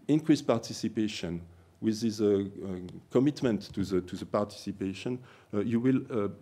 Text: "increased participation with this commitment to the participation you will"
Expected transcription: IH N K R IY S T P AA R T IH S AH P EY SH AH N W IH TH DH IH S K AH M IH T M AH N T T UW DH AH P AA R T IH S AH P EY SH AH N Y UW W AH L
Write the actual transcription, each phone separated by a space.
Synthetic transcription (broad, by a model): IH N K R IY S P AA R T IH S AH P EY SH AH N W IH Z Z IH K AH M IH T M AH N T T UW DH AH P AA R T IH S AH P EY SH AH N Y UW W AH L